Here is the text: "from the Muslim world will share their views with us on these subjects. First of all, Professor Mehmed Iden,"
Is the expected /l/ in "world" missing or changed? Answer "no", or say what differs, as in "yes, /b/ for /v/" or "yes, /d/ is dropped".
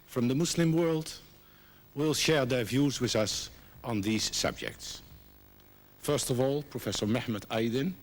no